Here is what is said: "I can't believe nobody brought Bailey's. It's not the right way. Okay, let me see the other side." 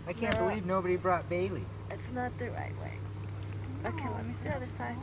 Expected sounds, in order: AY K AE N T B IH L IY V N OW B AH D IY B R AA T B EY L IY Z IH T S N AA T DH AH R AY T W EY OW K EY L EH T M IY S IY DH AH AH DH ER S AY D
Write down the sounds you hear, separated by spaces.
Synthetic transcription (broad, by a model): AY K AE N B IH L IY V N OW B AH D IY B R AA T B EY L IY Z IH T S N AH T DH AH R AY T W EY OW K EY L EH T M IY S IY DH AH AH DH ER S AY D